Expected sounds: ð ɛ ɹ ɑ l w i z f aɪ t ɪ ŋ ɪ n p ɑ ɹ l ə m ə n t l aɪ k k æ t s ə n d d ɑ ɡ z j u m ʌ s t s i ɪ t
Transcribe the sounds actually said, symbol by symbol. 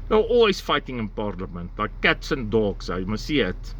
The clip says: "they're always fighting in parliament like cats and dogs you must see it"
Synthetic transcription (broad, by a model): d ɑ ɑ l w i s f aɪ t ɪ ŋ ɪ n p ɑ ɹ l ə m ə n t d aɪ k k æ t s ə n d d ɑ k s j m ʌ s s i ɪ t